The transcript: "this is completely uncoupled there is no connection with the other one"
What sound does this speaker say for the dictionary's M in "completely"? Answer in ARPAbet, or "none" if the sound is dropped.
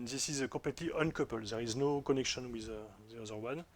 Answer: none